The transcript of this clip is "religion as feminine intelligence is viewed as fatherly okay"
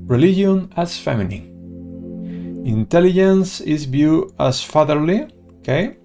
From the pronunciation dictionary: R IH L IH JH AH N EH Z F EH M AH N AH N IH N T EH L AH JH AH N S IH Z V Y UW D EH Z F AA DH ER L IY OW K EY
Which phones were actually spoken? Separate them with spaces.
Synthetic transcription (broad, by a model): R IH L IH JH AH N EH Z F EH M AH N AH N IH N T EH L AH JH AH N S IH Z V Y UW EH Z F AA DH ER L IY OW K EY